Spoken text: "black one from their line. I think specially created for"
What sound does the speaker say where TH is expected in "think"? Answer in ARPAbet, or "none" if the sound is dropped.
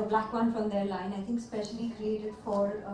TH